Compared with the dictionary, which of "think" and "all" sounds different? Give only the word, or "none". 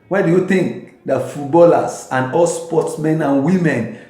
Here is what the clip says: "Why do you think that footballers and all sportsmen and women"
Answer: think